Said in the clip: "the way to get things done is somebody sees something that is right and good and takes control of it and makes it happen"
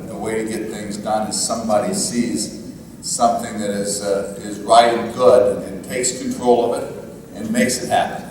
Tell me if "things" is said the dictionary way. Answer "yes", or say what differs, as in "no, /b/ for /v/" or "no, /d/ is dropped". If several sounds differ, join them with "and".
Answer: yes